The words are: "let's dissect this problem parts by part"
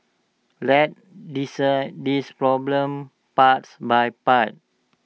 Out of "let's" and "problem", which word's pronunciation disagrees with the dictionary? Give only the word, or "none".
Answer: let's